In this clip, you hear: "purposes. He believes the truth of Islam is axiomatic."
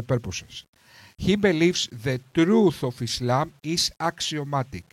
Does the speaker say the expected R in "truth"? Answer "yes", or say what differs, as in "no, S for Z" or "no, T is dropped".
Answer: yes